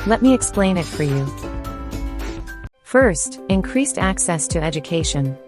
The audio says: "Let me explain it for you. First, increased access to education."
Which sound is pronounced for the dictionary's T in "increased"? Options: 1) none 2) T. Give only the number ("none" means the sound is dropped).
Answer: 2